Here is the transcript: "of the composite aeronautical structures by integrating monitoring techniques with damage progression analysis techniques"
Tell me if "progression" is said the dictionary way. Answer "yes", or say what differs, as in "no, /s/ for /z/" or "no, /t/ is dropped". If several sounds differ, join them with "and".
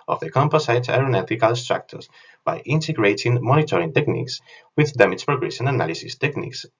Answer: no, /s/ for /ʃ/